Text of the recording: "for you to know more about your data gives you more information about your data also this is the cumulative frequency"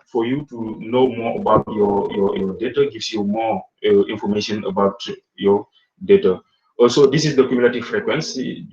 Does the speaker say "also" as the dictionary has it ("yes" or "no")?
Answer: no